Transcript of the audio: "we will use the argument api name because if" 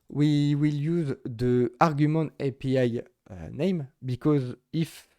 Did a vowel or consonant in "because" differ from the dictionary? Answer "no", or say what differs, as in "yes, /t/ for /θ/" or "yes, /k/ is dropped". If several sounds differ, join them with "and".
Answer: no